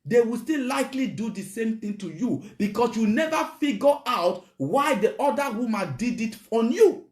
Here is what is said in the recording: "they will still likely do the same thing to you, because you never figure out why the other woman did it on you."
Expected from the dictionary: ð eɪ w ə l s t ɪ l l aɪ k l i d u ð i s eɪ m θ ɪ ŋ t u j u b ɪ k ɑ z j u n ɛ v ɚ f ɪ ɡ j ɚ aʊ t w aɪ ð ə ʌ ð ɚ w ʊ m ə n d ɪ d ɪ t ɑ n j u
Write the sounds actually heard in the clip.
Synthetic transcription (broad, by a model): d eɪ w ə l s t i l l aɪ k l i d u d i s eɪ m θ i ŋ t u j u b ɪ k ɑ s j u n ɛ v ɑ f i ɡ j aʊ t w aɪ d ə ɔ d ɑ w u m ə n d ɪ d ɪ t ɑ n j u